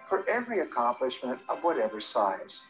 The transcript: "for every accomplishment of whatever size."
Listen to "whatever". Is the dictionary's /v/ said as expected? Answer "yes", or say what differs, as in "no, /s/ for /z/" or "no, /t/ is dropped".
yes